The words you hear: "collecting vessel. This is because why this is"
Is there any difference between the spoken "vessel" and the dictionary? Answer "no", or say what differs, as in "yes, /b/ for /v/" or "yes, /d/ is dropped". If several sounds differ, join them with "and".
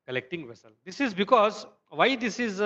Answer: no